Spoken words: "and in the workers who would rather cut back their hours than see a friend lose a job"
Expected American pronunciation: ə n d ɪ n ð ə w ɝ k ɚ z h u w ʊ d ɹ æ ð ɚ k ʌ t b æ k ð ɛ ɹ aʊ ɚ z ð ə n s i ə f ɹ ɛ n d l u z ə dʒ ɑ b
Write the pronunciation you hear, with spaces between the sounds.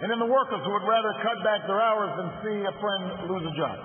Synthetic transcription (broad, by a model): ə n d ɪ n ð ə w ɝ k ɚ z h u w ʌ d ɹ æ ð ɚ k ʌ t b æ k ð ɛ ɹ aʊ ɚ z ð ə n s i ə f ɹ ɛ n d l u z ə dʒ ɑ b